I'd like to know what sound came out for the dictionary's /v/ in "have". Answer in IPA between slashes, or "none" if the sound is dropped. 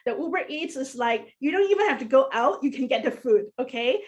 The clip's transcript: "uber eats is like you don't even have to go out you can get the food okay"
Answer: /f/